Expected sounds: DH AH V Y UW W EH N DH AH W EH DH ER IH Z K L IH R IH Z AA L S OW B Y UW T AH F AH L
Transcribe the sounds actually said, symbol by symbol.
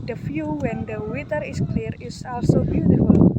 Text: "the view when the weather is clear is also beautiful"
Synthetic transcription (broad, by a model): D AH F Y UW W EH N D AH W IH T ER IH S K L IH R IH S AA L S OW B Y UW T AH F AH L